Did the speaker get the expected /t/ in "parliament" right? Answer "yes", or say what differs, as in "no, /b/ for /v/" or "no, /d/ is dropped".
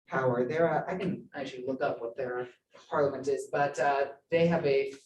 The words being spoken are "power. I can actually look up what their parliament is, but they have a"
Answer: yes